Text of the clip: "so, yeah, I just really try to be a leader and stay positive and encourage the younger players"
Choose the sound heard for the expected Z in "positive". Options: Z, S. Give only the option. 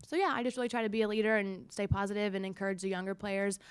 Z